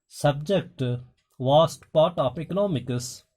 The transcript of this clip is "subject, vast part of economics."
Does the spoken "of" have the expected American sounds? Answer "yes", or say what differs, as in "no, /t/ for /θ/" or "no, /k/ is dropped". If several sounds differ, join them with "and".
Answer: no, /p/ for /v/